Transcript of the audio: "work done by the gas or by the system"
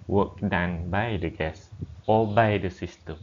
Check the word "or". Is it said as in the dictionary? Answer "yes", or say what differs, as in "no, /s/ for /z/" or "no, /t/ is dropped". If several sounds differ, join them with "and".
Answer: no, /l/ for /ɹ/